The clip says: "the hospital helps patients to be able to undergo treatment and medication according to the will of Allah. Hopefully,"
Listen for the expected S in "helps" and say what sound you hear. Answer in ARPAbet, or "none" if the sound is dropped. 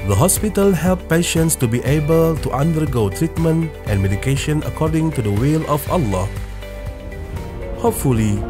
none